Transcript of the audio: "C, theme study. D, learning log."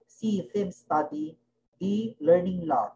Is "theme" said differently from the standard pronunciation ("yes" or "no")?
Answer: yes